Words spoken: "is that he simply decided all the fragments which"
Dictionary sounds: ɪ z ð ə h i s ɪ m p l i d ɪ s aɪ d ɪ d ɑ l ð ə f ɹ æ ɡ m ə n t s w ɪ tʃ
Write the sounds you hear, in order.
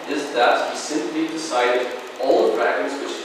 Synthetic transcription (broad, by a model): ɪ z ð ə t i s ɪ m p l i d ɪ s aɪ d ɪ d ɑ l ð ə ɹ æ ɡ ə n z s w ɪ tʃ